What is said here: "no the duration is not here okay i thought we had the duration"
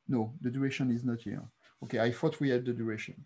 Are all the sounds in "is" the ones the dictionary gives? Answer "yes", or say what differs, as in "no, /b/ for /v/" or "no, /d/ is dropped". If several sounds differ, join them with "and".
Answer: yes